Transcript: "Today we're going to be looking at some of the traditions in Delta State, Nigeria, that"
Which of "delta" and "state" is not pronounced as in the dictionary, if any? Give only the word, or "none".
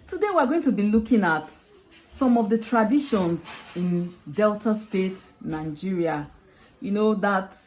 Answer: none